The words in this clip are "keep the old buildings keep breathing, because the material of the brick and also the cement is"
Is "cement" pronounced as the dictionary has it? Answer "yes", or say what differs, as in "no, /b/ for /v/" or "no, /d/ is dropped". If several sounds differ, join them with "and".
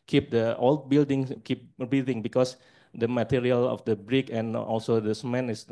no, /t/ is dropped